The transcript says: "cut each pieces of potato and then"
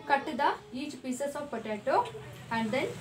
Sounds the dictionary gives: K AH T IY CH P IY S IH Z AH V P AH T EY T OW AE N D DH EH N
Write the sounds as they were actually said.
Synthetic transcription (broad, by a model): K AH T IY CH P IY S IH S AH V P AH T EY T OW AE N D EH N